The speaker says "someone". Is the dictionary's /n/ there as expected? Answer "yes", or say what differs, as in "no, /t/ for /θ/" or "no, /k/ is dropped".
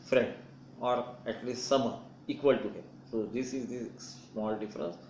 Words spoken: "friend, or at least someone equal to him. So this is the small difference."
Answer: no, /n/ is dropped